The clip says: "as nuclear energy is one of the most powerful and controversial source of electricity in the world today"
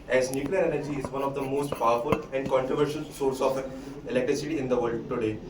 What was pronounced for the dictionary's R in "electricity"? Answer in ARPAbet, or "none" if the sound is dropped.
R